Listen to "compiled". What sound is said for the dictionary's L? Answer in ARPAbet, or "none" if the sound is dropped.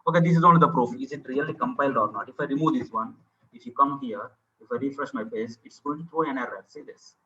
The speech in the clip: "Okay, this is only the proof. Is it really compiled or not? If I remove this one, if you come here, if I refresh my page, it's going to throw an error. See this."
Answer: L